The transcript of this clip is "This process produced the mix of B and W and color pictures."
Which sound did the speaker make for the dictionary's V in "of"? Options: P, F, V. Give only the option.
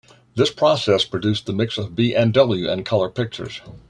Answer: V